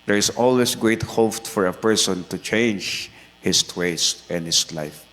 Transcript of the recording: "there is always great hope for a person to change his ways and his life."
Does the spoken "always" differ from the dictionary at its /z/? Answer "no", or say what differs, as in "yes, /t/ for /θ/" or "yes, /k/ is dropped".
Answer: yes, /s/ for /z/